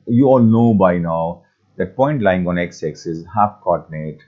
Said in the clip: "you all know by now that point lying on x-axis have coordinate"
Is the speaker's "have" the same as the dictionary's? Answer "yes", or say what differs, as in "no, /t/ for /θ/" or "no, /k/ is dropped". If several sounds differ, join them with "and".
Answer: no, /f/ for /v/